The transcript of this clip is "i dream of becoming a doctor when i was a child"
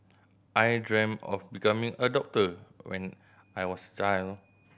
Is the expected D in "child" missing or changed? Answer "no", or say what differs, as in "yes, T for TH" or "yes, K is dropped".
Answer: yes, D is dropped